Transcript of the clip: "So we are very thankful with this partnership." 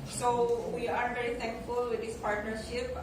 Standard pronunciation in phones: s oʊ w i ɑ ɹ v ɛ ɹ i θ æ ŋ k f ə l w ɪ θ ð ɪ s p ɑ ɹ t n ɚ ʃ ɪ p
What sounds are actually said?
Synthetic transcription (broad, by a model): s oʊ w i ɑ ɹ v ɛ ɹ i t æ ŋ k f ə l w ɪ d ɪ s p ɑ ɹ t n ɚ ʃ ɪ p